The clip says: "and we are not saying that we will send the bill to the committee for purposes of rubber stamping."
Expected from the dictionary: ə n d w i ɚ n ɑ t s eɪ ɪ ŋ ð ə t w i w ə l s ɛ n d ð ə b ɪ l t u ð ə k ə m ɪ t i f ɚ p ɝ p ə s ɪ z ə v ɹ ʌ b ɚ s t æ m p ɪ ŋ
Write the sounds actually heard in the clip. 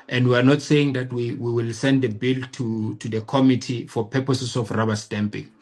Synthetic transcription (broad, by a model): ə n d w i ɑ n ɑ t s eɪ ɪ ŋ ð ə t w i w ə l s ɛ n d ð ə b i l t u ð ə k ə m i t i f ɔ p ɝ p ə s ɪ s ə f ɹ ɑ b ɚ s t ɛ m p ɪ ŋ